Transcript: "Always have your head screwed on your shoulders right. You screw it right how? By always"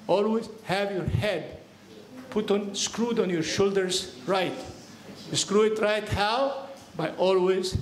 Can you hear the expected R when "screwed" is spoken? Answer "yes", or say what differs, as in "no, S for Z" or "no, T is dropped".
yes